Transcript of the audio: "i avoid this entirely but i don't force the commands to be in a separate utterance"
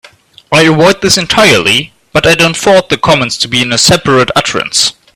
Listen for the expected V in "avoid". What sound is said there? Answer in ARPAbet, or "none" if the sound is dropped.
W